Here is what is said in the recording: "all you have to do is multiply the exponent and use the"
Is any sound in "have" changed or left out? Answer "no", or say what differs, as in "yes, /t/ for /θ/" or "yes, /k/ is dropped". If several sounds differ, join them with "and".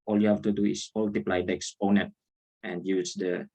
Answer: yes, /f/ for /v/